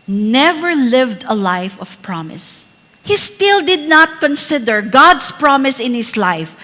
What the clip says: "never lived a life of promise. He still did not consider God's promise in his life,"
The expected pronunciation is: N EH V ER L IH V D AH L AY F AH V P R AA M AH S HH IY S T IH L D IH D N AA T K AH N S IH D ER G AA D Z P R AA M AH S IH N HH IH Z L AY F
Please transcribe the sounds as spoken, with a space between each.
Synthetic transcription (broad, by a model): N EH V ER L IH V D AH L AY F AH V P R AA M AH S HH IY S T IH L D IH D N AA T K AH N S IH D ER G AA D S P R AA M AH S IH N HH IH S L AY F